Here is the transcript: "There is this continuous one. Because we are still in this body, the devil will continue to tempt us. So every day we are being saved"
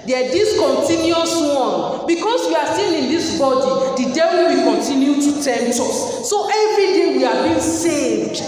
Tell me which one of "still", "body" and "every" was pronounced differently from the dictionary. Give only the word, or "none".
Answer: still